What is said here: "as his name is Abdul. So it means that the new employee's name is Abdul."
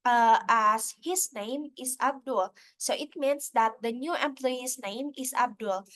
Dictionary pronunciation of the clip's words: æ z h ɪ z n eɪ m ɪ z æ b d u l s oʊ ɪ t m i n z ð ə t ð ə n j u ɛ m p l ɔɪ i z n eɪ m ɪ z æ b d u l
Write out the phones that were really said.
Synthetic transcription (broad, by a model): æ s h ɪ s n eɪ m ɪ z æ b d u l s oʊ ɪ t m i n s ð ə t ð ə n j u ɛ m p l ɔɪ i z n eɪ m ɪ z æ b d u l